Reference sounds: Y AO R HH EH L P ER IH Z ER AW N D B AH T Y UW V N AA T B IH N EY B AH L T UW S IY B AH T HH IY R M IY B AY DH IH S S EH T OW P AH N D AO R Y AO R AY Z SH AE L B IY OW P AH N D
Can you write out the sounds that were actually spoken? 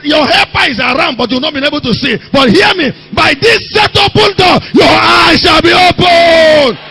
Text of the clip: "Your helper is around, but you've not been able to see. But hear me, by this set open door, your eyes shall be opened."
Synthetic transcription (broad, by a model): Y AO HH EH P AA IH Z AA AW N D B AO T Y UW W N AA T B IH N EY B AH L T UW S IY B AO T HH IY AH M IY B AY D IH S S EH T OW P AH N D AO Y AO AY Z SH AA L B IY OW P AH N